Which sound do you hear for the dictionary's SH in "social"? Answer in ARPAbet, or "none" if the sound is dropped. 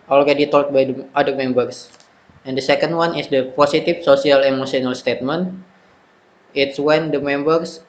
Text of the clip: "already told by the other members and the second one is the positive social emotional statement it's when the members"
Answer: S